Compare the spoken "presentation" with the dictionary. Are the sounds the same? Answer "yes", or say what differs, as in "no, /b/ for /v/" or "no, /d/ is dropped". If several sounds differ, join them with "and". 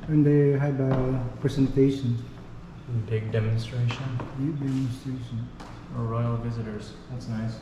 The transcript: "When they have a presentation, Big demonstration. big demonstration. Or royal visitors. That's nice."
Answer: no, /s/ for /z/